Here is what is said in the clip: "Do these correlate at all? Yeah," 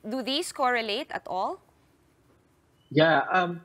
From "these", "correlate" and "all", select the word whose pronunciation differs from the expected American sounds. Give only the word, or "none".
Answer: these